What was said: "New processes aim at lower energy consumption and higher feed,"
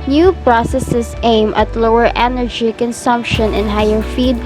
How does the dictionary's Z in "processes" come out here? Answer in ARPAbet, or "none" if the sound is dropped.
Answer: S